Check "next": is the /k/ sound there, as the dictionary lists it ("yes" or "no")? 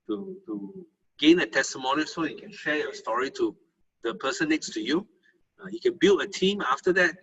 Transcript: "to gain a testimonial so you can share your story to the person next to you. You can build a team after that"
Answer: no